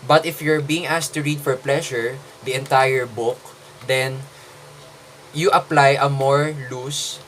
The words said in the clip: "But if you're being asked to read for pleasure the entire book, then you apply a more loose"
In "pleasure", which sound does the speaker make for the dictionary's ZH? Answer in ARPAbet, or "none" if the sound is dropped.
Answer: SH